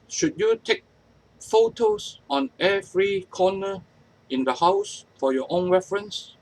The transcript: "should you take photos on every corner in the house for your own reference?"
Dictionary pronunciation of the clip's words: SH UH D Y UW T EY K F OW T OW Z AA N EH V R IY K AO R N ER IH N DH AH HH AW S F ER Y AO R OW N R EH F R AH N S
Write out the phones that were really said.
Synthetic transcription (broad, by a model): SH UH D Y UW T EY K F OW T OW S AA N EH V R IY K AO N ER IH N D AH HH AW S F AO Y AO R OW N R EH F R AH N S